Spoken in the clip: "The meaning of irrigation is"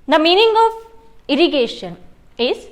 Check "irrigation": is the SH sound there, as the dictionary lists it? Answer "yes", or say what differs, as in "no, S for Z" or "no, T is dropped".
yes